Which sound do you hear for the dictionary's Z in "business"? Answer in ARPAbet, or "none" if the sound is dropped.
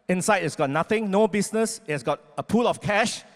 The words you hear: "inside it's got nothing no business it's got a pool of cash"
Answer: S